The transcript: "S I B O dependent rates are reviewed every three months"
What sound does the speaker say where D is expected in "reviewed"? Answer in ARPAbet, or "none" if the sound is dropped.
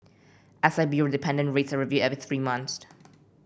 none